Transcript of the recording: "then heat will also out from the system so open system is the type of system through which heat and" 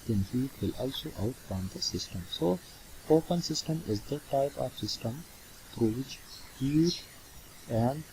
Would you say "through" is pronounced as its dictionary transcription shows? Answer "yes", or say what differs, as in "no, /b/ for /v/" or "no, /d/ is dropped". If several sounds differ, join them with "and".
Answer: no, /t/ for /θ/